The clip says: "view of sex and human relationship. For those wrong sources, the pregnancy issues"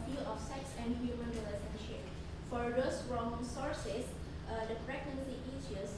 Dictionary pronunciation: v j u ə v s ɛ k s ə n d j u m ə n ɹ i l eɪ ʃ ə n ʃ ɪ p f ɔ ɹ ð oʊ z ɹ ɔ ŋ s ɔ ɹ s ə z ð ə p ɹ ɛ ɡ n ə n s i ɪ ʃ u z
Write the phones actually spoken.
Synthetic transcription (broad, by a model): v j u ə f s ɛ k s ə n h j u m ə n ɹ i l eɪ s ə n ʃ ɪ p f ɔ ɹ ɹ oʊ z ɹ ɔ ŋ s ɔ ɹ s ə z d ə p ɹ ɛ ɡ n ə n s i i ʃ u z